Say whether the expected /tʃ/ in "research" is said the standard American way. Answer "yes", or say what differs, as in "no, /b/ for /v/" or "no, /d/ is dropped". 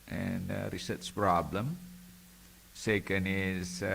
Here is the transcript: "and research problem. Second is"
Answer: no, /s/ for /tʃ/